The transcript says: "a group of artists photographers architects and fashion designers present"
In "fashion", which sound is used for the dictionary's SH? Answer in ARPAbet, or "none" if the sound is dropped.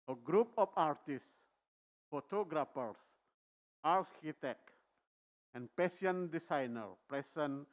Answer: none